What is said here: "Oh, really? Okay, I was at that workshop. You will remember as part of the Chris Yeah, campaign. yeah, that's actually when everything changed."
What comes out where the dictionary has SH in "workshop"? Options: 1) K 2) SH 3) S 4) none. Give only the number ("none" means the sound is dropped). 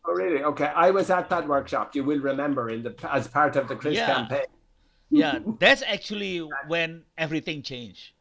2